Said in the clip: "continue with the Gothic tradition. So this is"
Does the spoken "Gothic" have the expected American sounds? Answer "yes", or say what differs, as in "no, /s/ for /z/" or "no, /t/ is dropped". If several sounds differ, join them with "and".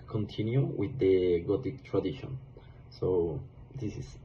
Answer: no, /t/ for /θ/